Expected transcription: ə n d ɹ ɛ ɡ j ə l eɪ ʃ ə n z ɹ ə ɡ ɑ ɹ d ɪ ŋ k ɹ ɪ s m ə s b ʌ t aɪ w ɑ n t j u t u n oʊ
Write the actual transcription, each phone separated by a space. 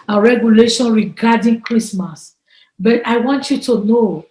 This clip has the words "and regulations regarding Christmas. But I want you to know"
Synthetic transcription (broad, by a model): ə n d ɹ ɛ ɡ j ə l eɪ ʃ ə n ɹ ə ɡ ɑ d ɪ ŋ k ɹ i s m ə s b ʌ t aɪ w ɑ n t j u t u n oʊ